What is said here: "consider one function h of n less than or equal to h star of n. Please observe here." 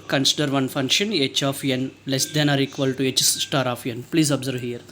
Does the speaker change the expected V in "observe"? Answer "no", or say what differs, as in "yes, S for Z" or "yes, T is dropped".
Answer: no